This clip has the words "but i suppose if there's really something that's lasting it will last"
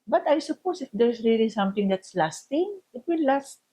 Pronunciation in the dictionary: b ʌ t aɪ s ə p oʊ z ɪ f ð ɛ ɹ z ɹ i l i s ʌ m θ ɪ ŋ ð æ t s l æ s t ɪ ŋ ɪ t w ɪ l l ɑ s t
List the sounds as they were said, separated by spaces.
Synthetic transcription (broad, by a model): b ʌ t aɪ s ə p oʊ s ɪ f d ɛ ɹ s ɹ i l i s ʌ m t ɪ ŋ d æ t s l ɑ s t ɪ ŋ ɪ t w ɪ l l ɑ s t